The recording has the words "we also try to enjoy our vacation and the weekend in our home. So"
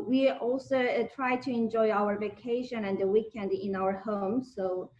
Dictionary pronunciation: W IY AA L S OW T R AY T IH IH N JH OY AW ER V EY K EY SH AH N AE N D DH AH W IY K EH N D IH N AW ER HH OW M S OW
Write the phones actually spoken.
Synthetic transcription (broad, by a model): W IY AA L S OW T R AY T IH IH N JH OY AW ER V EY K EY SH AH N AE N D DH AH W IY K EH N D IH N AW ER HH OW M S OW